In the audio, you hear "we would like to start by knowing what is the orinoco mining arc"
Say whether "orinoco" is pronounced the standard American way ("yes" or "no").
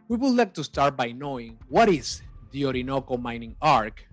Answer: yes